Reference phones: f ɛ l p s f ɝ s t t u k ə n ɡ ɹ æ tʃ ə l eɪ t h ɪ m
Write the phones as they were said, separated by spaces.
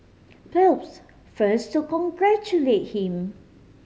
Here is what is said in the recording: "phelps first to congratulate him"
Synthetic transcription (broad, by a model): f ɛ p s f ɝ s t t u k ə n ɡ ɹ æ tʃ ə l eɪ t h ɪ m